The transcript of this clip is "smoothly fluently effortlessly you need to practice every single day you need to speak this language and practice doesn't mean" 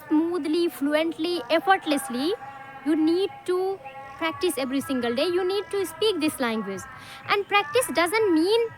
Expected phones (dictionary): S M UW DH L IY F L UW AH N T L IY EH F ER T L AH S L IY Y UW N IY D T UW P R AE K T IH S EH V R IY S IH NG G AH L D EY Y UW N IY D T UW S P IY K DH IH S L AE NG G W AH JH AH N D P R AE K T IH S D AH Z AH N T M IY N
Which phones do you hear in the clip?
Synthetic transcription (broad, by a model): S M UW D L IY F L UW AH N T L IY EH F ER T L AH S L IY Y UW N IY D T UW P R AE K T IH S EH V R IY S IH NG G AH L D EY Y UW N IY D T UW S P IY K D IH S L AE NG G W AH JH AH N D P R AE K T IH S D AH Z AH N T M IY N